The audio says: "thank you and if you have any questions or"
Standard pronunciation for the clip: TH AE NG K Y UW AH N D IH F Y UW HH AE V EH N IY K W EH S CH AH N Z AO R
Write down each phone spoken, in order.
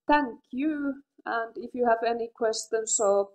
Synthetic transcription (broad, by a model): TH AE NG K Y UW AH N D IH F Y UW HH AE V EH N IY K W EH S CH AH N S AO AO